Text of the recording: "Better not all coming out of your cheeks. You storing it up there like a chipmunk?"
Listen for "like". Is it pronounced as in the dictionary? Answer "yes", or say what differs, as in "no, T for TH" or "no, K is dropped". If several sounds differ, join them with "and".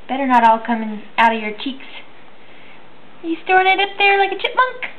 yes